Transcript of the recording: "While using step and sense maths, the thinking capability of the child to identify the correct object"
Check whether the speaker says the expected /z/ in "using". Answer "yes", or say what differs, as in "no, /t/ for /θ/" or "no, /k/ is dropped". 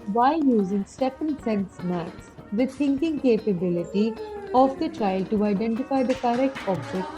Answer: yes